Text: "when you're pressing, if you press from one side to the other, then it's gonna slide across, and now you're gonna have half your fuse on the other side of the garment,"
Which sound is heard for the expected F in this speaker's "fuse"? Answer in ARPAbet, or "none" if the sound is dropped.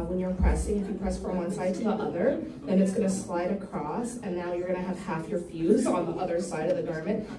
F